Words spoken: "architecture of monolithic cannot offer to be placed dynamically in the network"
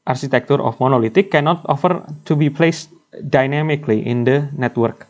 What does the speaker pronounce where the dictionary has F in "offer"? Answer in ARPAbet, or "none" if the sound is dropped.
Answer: F